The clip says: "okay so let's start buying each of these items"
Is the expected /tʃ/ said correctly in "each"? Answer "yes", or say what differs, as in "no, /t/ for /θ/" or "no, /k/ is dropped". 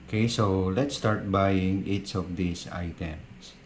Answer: no, /s/ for /tʃ/